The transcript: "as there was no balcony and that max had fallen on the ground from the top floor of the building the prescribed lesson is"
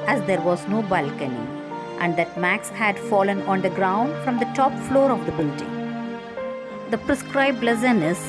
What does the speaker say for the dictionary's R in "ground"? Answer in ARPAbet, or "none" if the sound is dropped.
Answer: R